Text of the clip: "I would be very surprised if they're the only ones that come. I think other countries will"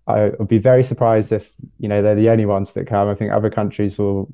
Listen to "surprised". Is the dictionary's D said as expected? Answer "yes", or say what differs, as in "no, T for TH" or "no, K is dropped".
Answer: yes